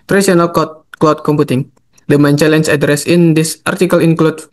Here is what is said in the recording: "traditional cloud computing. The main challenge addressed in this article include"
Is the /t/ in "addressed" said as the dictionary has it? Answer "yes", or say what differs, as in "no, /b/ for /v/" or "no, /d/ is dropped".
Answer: no, /t/ is dropped